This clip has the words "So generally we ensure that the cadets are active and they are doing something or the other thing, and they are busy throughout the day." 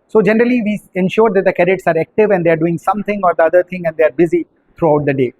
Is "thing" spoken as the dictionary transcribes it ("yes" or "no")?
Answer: no